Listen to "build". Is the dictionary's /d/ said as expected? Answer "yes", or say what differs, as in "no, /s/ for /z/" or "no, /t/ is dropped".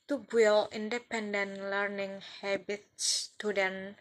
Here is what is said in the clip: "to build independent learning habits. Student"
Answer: no, /d/ is dropped